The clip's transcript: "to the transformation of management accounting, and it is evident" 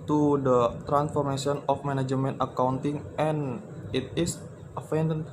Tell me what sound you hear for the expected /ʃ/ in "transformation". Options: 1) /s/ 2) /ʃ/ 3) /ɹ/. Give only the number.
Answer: 1